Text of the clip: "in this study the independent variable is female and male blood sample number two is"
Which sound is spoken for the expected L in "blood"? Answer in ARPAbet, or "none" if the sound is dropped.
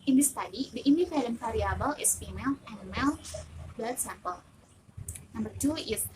none